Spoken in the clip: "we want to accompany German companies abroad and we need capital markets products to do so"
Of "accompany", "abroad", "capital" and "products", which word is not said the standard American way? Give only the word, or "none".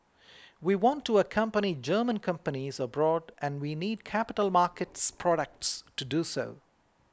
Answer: none